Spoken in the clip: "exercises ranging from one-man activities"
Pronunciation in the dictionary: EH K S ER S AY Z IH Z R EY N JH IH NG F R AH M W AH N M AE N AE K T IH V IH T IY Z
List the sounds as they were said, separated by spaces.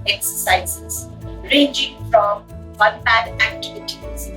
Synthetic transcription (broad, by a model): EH K S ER S AY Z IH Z R EY N JH IH NG F R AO M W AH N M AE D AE K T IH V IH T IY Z